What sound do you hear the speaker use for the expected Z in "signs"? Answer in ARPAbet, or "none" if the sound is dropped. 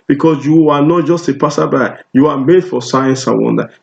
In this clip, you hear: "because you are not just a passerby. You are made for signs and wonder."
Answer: S